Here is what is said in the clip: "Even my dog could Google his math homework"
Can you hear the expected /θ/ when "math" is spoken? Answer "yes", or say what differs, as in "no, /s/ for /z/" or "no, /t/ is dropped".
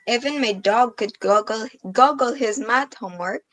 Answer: no, /t/ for /θ/